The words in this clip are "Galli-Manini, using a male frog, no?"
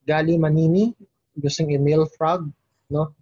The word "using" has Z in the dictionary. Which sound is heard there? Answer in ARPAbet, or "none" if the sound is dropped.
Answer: S